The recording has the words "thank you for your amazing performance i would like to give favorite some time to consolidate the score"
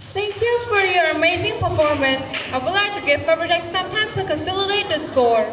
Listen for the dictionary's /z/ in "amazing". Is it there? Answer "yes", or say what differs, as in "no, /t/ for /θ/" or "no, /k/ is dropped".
yes